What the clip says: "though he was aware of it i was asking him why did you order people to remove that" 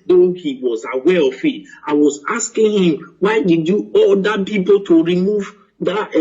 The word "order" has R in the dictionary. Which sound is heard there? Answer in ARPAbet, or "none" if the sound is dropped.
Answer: L